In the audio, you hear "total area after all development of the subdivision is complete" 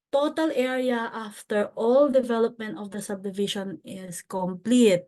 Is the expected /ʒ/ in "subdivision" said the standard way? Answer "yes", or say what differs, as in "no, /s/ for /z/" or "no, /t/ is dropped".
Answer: no, /ʃ/ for /ʒ/